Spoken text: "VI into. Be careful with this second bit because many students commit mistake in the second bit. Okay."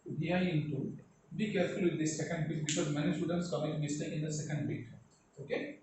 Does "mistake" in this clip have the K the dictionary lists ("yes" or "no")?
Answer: no